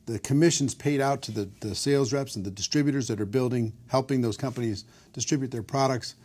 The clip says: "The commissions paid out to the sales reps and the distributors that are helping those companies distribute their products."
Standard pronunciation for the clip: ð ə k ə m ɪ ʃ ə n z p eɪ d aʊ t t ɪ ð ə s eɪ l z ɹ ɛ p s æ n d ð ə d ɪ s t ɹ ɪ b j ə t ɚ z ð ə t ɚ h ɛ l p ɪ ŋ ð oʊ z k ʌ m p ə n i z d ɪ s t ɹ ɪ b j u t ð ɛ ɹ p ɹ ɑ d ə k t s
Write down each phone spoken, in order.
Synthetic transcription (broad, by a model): ð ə k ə m ɪ ʃ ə n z p eɪ d aʊ t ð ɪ ð ə s eɪ l z ɹ ɛ p s n ð ə d ɪ s t ɹ ɪ b j ə t ɚ z ð ə t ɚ h ɛ l p ɪ ŋ ð oʊ z k ʌ m p ə n i z d ɪ s t ɹ ɪ b j u t ð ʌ ɹ p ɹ ɑ d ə k t s